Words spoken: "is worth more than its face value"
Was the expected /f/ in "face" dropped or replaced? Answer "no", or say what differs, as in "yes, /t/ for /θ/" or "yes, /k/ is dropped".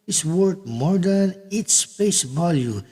yes, /p/ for /f/